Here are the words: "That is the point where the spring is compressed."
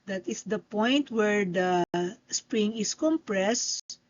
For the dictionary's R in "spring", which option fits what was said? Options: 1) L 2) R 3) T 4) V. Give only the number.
2